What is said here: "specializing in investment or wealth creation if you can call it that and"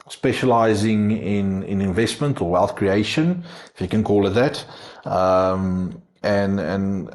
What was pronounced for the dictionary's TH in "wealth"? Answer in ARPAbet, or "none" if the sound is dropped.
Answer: TH